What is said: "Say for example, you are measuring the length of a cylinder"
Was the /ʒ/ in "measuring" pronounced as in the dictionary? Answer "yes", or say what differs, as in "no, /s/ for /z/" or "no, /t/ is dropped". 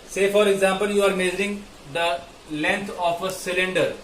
no, /z/ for /ʒ/